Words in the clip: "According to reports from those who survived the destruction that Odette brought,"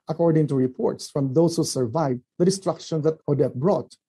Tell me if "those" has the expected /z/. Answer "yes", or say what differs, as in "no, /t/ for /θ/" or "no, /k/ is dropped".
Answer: no, /s/ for /z/